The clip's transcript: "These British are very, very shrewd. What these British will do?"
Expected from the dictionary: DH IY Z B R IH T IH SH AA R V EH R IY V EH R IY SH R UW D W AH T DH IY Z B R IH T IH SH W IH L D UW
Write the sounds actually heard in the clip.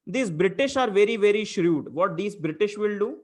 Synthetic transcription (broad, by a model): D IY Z B R IH T IH SH AA R V EH R IY V EH R IY SH R UW D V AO T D IY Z B R IH T IH SH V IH L D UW